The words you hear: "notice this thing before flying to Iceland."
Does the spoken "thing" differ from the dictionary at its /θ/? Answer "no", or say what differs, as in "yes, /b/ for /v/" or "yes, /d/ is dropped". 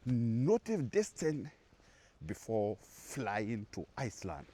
yes, /t/ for /θ/